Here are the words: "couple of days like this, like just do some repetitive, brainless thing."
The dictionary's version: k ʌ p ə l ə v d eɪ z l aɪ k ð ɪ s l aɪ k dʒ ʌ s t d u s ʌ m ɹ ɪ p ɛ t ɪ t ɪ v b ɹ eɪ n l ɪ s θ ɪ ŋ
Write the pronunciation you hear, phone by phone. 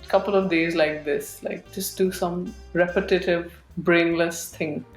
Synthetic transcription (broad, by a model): k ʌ p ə l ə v d eɪ z l aɪ k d ɪ s l aɪ k dʒ ʌ s t d u s ʌ m ɹ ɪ p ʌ t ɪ t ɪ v b ɹ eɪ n l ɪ s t ɪ ŋ